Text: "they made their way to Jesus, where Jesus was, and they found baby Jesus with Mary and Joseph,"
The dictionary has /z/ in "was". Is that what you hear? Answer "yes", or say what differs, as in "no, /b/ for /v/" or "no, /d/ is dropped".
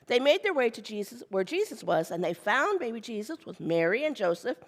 yes